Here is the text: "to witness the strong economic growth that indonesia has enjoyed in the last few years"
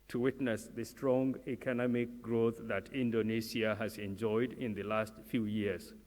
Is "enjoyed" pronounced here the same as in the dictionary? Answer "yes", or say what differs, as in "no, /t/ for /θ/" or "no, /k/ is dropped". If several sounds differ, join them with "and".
yes